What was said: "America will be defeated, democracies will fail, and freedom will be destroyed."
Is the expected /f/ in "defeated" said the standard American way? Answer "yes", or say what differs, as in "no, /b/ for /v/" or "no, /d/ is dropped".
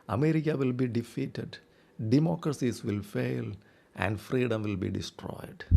yes